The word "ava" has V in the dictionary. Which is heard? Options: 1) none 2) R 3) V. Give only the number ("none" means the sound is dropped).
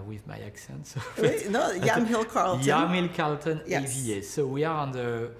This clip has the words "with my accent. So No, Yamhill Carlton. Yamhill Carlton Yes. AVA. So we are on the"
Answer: 1